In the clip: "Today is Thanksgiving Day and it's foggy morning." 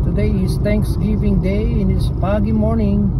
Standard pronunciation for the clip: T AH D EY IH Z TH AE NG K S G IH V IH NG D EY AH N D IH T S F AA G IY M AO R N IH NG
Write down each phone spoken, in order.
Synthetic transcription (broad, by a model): T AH D EY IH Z T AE NG K S G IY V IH NG D EY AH N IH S P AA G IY M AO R N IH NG